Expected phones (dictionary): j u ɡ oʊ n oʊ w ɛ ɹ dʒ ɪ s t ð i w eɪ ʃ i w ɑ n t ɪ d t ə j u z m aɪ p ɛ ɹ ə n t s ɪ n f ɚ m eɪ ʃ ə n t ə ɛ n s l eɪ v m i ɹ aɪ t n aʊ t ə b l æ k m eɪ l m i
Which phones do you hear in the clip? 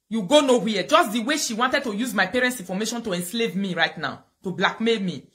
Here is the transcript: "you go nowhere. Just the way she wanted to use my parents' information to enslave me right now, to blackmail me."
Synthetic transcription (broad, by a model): j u ɡ oʊ n oʊ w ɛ dʒ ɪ s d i w eɪ ʃ i w ɑ n t ɪ d t ə j u z m aɪ p ɛ ɹ ə n t s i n f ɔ m eɪ ʃ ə n t ə ɛ n s l eɪ v m i ɹ aɪ t n aʊ t ə b l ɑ k m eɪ m i